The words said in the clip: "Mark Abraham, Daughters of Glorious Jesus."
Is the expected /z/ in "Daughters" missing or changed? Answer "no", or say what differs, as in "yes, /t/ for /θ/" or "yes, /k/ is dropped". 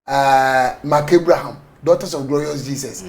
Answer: yes, /s/ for /z/